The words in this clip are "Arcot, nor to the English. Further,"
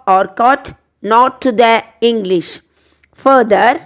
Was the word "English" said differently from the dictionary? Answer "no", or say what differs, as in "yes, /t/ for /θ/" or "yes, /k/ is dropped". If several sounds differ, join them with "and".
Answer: no